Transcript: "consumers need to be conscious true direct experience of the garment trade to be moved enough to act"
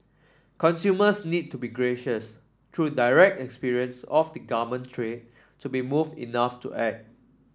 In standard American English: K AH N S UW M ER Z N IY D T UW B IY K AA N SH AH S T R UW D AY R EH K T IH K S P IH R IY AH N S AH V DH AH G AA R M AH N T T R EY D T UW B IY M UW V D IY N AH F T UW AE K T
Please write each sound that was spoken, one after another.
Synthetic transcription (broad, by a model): K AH N S UW M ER S N IY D T UW B IY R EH SH AH S T R UW D AY R EH K T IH K S P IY R IY AH N S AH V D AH G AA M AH N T T R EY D T UW B IY M UW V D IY N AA F T UW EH T